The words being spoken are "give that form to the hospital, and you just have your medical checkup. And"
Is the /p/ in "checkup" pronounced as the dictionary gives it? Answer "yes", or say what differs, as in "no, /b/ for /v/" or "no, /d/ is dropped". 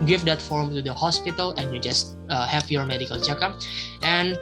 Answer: no, /p/ is dropped